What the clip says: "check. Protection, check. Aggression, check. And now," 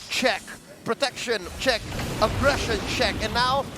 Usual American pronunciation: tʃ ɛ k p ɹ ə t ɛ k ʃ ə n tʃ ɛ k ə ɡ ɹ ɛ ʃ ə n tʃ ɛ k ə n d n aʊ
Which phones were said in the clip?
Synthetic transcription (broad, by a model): tʃ ɛ k p ɹ ə t ɛ k ʃ ə n tʃ ɛ k ə ɡ ɹ ɛ ʃ ə n tʃ ɛ k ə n n aʊ